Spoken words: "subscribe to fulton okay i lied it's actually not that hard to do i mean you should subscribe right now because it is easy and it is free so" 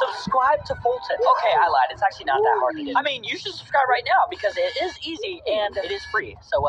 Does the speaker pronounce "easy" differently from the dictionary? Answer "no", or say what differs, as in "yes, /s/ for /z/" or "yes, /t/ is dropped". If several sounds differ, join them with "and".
no